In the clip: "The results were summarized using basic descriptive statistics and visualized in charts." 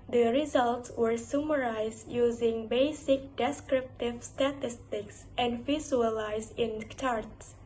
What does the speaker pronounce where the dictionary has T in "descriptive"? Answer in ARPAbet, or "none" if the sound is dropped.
T